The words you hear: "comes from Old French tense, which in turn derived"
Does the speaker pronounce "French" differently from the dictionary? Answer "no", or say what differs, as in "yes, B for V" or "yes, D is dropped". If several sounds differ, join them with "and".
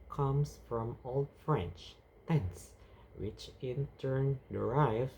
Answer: no